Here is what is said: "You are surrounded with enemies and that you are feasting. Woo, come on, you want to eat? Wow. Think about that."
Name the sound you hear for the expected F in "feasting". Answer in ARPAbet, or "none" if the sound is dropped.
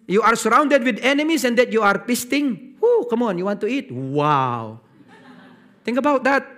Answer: P